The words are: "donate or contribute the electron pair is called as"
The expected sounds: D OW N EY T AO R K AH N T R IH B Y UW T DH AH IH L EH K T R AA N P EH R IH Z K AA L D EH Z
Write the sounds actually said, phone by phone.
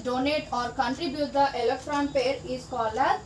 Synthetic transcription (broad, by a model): D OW N EY T AO R K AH N T R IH B Y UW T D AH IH L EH K T R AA N P EH R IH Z K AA L AH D